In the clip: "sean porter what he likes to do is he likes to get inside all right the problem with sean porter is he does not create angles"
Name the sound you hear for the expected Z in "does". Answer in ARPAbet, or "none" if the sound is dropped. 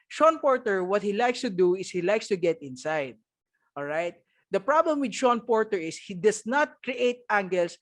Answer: S